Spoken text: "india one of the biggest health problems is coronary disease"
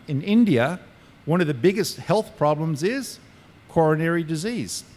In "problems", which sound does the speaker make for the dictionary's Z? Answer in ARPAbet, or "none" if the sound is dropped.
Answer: Z